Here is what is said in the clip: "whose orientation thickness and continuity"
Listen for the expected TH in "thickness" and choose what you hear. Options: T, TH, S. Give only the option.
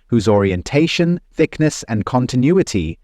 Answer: TH